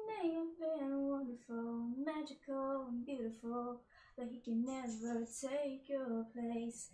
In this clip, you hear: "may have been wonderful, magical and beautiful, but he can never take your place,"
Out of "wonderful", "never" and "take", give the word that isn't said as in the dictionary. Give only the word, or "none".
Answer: wonderful